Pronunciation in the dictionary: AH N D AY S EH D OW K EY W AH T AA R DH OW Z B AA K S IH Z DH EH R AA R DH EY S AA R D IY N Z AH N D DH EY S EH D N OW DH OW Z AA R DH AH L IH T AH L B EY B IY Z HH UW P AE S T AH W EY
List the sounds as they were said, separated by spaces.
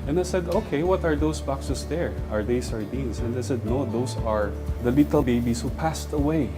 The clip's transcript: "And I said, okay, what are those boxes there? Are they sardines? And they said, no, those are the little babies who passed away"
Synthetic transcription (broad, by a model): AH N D AY S EH D OW K EY W AH T AA R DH OW S B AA K S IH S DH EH R AA R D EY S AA R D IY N S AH N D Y S EH D N OW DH OW S AA R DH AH L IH T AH L B EY B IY S HH UW P AE S T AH W EY